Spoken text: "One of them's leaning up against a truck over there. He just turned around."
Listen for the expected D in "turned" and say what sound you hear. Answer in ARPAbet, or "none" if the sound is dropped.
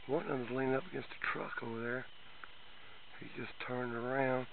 D